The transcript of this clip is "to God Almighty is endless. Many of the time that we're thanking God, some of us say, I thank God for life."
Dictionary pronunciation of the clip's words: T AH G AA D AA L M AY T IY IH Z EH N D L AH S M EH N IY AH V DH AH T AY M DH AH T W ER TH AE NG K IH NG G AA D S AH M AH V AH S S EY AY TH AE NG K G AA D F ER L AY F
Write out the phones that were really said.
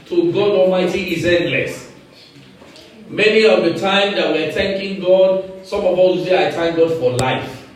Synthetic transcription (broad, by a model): T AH G AA D AA L M AY T IY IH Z EH N D L AH S M EH N IY AH V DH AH T AY M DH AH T W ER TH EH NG K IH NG G AA D S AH M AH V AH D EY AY T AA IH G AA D F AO L AY F